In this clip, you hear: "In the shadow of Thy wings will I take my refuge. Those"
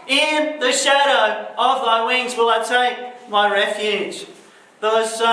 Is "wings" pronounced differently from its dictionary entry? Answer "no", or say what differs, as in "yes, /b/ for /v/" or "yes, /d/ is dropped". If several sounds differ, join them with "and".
no